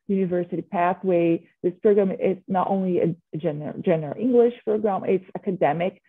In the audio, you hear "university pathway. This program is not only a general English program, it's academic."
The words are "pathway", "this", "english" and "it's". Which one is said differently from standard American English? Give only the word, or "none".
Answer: none